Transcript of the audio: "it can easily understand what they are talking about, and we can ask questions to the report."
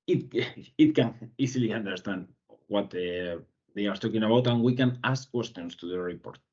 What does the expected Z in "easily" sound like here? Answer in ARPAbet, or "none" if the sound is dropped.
S